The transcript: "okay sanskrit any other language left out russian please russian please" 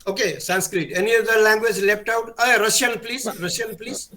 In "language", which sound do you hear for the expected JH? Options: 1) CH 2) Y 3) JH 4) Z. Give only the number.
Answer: 3